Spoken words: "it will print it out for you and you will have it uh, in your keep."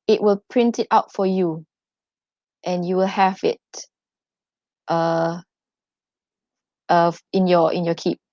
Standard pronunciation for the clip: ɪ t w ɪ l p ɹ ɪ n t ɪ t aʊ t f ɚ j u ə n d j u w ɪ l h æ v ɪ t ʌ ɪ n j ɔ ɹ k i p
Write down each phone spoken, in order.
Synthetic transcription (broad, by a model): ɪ t w ɪ l p ɹ ɪ n t ɪ t aʊ t f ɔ j u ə n j u w ɪ l h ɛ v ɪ t ʌ ɪ n j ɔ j k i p